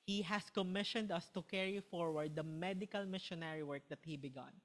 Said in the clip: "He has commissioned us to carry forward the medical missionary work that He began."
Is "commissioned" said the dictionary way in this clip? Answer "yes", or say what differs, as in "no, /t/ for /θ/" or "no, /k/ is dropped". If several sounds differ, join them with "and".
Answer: yes